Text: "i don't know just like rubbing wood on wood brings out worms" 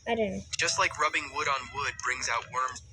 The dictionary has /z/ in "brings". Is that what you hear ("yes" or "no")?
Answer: yes